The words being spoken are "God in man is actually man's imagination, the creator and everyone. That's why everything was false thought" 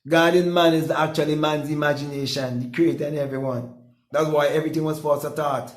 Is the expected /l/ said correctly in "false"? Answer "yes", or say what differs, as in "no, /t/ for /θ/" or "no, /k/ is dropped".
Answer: no, /l/ is dropped